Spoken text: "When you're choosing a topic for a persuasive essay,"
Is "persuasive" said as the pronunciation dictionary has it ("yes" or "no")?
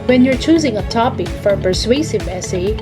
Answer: yes